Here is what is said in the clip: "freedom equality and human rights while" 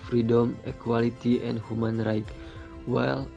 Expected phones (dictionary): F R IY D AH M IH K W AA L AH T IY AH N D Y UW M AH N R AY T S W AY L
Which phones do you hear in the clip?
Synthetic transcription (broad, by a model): F R IY D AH M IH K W AA L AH T IY AH N D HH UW M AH N R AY T W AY L